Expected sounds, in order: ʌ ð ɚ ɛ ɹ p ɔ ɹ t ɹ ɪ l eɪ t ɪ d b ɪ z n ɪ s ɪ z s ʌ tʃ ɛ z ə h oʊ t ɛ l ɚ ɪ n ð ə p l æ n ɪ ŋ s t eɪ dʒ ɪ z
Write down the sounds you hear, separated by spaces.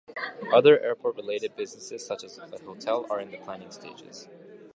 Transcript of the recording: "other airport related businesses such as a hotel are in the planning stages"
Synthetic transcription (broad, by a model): ʌ ð ɚ ɛ ɹ p ɔ ɹ t ɹ ɪ l eɪ t ɪ d b ɪ z n ɪ s ɪ z s ʌ tʃ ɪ z ə h oʊ t ɛ l ɚ ɪ n ð ə p l æ n ɪ ŋ s t eɪ dʒ ɪ z